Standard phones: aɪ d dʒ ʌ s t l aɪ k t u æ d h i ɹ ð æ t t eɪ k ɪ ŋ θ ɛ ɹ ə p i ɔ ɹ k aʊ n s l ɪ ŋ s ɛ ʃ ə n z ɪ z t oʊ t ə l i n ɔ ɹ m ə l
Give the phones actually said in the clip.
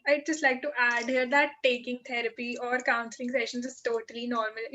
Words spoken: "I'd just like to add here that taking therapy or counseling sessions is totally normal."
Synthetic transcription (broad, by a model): aɪ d dʒ ʌ s t l aɪ k t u æ d h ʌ ɹ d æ t t eɪ k ɪ ŋ t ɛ ɹ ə p i ɔ ɹ k aʊ n s l ɪ ŋ s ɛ ʃ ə n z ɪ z t oʊ t ə l i n ɔ ɹ m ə l